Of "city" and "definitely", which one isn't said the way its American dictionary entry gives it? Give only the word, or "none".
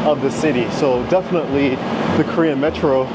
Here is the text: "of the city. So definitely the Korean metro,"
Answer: none